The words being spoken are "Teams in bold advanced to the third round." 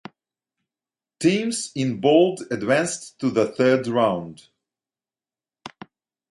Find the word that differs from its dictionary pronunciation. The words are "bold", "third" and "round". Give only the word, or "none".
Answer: none